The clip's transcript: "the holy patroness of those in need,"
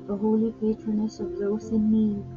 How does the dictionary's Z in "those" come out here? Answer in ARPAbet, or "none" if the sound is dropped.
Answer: S